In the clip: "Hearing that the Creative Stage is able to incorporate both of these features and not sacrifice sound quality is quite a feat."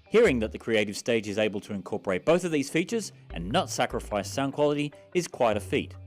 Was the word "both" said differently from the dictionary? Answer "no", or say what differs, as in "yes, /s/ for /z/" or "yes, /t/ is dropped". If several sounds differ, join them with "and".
no